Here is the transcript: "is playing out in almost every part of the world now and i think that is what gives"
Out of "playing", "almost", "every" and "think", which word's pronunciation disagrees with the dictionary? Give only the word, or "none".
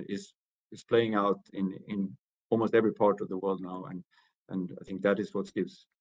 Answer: none